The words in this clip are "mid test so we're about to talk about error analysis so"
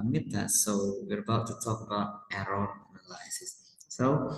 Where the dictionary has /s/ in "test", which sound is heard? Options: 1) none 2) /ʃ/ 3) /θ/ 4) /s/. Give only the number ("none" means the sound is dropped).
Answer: 1